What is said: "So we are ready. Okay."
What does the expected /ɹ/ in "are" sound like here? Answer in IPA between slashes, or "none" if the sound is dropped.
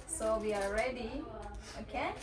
/l/